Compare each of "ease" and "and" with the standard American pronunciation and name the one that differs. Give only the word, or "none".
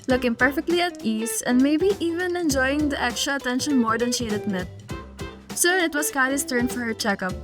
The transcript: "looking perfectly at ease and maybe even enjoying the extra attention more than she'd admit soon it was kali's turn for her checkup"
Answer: ease